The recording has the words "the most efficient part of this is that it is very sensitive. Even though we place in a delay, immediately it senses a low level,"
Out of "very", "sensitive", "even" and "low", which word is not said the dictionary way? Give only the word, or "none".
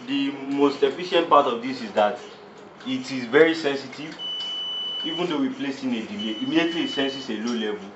none